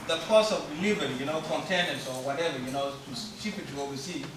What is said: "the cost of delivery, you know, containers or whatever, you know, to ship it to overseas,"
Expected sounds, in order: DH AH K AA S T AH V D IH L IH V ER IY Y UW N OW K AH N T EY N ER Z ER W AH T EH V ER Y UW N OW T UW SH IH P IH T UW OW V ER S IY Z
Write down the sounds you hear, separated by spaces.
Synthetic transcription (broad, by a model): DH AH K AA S AH V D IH L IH V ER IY Y UW N OW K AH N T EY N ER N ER W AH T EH V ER Y UW N OW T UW S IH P IH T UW OW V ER S IY